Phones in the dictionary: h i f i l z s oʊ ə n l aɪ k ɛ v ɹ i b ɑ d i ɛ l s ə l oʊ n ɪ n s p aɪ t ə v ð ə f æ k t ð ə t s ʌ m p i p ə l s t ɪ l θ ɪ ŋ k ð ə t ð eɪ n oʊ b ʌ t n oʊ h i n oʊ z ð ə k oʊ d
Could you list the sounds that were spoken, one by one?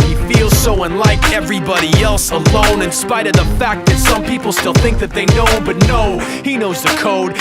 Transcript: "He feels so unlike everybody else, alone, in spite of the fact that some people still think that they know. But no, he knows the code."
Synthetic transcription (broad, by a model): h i f i l z s oʊ ə n l aɪ k ɛ v ɹ i b ɑ d i ɛ l s ə l oʊ n ɪ n s p aɪ t ə v ð ə f æ k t ð ə t s ʌ m p i p l s t ɪ l θ ɪ ŋ k ð ə t ð eɪ n oʊ b ʌ t n oʊ h i n oʊ z ð ə k oʊ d